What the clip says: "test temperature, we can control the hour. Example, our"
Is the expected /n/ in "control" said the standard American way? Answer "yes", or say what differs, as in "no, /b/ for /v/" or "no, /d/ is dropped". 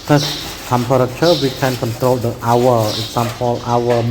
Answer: yes